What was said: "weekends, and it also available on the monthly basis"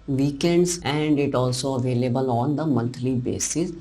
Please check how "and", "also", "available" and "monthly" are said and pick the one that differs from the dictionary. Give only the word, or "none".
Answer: monthly